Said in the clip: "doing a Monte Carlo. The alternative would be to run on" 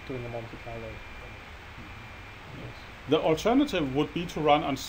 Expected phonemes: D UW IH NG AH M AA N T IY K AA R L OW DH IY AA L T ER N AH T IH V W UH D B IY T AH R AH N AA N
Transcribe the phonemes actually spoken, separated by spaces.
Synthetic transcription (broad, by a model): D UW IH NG AH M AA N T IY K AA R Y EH DH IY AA L T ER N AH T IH V W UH D B IY T AH R AH N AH N